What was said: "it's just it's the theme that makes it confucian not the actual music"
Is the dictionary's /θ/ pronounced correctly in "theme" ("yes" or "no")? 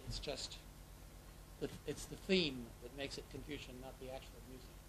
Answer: yes